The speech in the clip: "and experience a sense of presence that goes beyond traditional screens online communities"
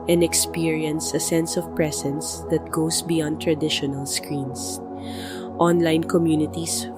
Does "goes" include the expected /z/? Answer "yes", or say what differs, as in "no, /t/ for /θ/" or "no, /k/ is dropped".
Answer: no, /s/ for /z/